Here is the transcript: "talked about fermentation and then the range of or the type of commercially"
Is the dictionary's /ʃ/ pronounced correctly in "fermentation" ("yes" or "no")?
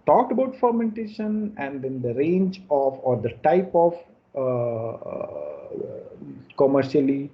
yes